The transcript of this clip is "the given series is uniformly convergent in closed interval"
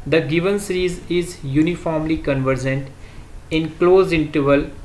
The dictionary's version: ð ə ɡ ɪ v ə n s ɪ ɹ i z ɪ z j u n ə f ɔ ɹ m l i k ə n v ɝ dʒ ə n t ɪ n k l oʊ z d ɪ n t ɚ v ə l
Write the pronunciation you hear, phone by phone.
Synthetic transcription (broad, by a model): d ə ɡ ɪ v ə n s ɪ ɹ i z ɪ z j u n ə f ɔ ɹ m l i k ə n v ɝ dʒ ə n t ɪ n k l oʊ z ɪ n t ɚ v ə l